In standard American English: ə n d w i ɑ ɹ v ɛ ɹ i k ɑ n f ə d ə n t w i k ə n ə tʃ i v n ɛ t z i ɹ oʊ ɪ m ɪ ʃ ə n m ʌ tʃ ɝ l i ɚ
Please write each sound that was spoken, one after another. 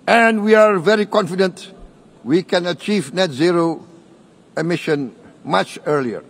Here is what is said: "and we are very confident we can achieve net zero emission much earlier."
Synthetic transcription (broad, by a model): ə n d w i ɑ ɹ v ɛ ɹ i k ɑ n f ə d ə n t w i k ə n ə tʃ i v n ɛ t z i ɹ oʊ ɪ m ɪ ʃ ə n m ʌ tʃ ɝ l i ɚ